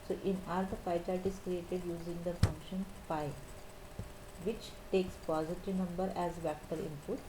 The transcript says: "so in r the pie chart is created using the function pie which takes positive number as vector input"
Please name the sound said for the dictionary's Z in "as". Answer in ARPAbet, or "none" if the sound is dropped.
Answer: Z